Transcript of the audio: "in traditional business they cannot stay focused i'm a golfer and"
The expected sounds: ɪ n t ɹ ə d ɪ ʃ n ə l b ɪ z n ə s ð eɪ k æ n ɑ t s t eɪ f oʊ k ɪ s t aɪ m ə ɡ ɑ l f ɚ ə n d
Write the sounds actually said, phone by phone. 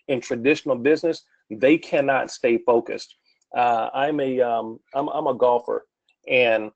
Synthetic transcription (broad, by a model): ɪ n t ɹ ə d ɪ ʃ n l b ɪ z n ə s ð eɪ k æ n ɑ t s t eɪ f oʊ k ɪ s t aɪ m ə ɡ ɑ l f ɚ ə n